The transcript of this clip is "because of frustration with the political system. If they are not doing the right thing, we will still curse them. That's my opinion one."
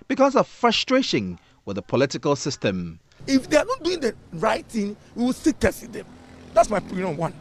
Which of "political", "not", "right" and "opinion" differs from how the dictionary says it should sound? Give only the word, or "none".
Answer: opinion